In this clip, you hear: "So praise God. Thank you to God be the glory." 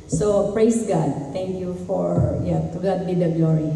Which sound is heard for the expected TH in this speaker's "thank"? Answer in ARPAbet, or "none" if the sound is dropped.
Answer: T